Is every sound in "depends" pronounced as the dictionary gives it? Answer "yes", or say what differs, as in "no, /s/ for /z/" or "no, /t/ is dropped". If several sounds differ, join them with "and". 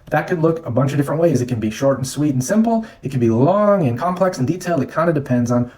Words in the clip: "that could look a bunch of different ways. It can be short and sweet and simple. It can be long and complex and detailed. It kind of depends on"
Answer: yes